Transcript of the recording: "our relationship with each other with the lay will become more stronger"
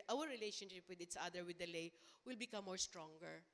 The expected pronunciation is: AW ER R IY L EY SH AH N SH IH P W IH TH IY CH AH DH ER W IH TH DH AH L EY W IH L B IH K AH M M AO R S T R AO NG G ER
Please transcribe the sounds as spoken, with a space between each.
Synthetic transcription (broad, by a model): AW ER R IY L EY SH AH N SH IH P W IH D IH S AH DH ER W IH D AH L EY W IH L B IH K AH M M AO R S T R AO NG G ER